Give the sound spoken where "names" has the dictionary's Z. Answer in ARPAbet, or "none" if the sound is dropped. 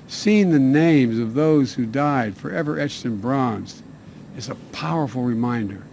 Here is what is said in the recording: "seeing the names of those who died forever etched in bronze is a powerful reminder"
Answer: Z